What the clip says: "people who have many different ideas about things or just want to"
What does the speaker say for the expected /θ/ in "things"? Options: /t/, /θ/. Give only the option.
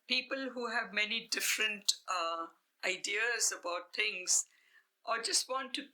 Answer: /t/